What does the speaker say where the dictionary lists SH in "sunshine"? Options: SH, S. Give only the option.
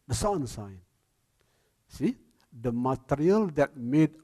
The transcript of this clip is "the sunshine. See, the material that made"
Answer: S